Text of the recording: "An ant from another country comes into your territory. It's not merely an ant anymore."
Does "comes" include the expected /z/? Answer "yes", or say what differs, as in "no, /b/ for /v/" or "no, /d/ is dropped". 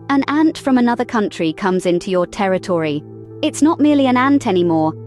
yes